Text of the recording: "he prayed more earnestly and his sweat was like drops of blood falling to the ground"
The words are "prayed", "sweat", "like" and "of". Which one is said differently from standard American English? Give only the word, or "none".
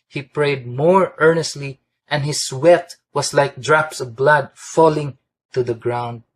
none